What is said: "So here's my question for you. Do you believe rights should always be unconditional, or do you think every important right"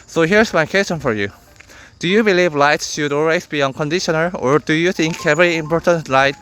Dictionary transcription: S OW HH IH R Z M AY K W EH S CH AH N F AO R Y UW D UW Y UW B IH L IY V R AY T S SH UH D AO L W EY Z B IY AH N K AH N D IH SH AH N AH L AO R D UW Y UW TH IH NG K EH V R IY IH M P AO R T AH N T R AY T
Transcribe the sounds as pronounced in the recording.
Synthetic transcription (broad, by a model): S OW HH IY R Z M AY K W EH S CH AH N F AO R Y UW D UW Y UW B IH L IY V L AY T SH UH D AO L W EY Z B IY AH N K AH N D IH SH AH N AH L AO R D UW Y UW TH IH NG K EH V R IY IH M P AO R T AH N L AY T